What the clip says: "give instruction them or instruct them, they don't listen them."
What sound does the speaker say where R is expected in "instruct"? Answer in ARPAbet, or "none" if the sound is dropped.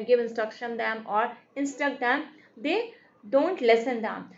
none